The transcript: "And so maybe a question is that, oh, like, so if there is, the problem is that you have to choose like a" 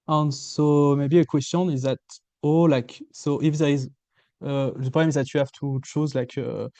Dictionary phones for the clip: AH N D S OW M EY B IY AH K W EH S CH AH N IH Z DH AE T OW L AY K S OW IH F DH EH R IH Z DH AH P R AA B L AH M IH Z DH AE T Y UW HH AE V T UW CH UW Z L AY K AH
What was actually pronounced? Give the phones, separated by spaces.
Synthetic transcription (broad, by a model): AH N S OW M EY B IY AH K W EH S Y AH N IH Z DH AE T OW L AY K S OW IH F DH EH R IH Z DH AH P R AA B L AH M IH Z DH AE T Y UW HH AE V T UW CH UW Z L AY K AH